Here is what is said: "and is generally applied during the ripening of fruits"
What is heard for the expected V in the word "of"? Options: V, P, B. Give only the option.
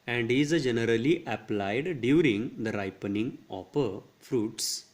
P